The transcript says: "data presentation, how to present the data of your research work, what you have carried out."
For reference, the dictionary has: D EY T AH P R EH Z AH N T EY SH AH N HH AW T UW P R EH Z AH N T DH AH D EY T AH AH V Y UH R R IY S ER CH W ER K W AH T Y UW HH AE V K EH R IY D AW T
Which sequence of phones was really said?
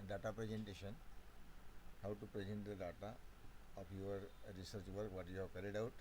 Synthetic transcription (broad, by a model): D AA T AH P R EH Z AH N T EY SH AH N HH AW T UW P R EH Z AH N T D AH D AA T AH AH P Y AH R R IY S ER CH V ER K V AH T Y UW HH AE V K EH R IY D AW T